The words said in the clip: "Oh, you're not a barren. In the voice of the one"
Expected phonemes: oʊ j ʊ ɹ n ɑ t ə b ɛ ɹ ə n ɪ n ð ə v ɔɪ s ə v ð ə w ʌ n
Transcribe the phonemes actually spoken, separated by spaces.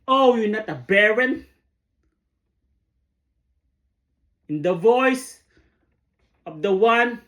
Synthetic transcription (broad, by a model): oʊ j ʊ n ɑ t ə b ɛ ɹ ə n ɪ n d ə v ɔɪ s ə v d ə w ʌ n